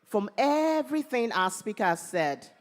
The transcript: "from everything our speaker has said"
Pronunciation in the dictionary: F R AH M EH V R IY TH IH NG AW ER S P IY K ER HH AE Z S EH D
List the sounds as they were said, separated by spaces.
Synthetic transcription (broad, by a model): F R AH M EH V R IY TH IH NG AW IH S P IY K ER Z S EH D